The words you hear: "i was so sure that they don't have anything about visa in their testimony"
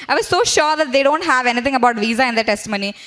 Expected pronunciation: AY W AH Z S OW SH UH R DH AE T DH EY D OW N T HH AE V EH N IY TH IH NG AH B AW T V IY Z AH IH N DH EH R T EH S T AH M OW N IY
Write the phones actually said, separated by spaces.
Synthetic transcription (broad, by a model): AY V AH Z S OW SH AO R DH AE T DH EY D OW N T HH AE V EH N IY T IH NG AH B AW T V IY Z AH IH N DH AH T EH S T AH M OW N IY